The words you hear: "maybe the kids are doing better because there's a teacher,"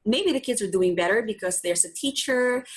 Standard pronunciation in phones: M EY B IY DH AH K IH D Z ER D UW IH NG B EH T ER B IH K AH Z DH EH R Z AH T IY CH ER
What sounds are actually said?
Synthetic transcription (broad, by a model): M EY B IY DH AH K IH D Z ER D UW IH NG B EH T ER B IH K AH Z DH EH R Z AH T IY CH ER